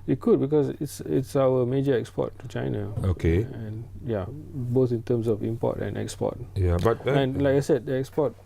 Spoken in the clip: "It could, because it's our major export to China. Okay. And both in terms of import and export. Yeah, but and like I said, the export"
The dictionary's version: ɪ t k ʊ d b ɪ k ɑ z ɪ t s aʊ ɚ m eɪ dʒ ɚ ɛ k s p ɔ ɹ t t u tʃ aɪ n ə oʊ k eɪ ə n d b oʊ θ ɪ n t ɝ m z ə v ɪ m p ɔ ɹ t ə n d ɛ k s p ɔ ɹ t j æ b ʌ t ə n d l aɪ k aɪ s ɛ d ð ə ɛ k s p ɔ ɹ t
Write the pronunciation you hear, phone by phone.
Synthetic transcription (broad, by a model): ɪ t k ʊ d b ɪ k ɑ s ɪ t s aʊ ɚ m eɪ dʒ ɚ ɛ k s p ɔ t t u tʃ aɪ n ə oʊ k eɪ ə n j b oʊ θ ɪ n t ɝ m s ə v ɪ m p ɔ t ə n ɛ k s p ɔ t j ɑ b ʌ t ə n l aɪ k aɪ s ɛ d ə ɛ k s p ɔ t